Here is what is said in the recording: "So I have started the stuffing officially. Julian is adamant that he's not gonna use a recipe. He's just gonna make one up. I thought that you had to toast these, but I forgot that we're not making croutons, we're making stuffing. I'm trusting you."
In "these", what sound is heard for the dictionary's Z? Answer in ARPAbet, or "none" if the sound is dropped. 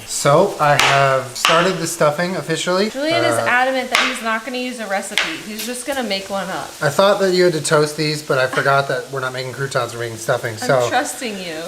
Z